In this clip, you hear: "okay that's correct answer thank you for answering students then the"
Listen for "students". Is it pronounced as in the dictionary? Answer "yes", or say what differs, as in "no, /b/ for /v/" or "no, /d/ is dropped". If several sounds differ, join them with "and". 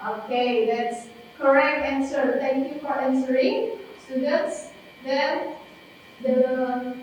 no, /n/ is dropped